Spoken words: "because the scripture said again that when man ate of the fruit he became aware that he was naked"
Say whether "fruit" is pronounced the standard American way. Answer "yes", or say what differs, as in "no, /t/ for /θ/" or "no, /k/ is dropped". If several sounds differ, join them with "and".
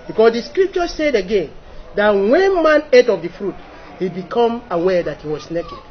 yes